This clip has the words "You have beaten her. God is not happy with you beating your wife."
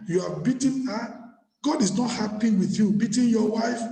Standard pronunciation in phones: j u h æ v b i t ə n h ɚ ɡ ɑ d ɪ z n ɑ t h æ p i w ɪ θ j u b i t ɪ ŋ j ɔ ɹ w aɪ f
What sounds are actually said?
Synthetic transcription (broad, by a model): j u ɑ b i t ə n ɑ ɡ ɑ d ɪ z n ɑ t h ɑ p i w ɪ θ j u b i t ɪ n j ɔ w aɪ f